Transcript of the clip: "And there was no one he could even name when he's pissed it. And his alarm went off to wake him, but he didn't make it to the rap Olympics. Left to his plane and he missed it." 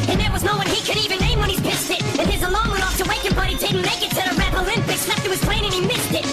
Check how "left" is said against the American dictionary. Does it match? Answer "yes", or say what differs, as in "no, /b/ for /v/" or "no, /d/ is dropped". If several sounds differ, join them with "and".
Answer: no, /n/ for /l/